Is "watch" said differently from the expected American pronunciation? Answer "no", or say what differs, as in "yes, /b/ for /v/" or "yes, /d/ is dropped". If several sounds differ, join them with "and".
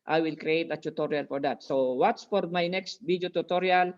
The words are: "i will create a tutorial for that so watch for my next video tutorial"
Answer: yes, /s/ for /tʃ/